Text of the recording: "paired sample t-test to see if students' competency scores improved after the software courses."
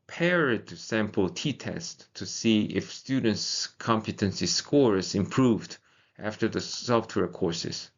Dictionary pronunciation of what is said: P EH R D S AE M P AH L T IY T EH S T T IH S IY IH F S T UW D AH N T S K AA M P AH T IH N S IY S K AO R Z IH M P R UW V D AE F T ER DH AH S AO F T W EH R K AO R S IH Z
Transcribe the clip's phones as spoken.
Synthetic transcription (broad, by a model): P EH R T S AE M P AH L T IY T EH S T T IH S IY IH F S T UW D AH N T S K AA M P AH T IH N S IY S K AO R S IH M P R UW V D AE F T ER DH AH S AO F T W EH R K AO R S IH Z